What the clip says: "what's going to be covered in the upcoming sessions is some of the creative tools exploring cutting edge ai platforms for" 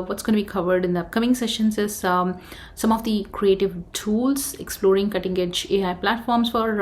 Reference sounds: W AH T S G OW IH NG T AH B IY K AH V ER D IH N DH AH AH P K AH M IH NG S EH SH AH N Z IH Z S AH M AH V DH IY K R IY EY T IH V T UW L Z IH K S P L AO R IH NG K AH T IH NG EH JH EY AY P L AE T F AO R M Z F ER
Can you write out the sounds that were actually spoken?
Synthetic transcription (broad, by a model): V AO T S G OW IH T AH B IY K AH V ER D IH N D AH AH K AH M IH NG S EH SH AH N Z IH Z S AH M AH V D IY K R IY EY T IH V T UW L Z IH K S P L AO R IH NG K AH T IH NG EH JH EY AY P L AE T F AO R M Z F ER